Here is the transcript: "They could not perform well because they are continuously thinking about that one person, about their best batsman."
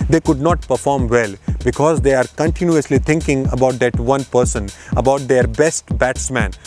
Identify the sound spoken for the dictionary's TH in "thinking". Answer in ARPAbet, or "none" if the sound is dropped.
T